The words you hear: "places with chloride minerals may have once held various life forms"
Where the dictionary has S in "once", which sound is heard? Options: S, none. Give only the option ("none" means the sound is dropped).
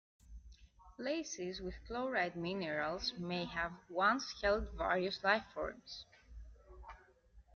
S